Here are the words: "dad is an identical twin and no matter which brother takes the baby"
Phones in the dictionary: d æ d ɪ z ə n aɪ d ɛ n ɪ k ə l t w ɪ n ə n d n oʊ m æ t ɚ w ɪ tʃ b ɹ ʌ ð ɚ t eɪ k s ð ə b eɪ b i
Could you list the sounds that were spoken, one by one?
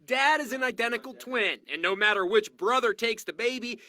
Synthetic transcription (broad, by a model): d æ d ɪ z ə n aɪ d ɛ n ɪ k l t w ɪ n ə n n oʊ m æ t ɚ w ɪ tʃ b ɹ ʌ ð ɚ t eɪ k s ð ə b eɪ b i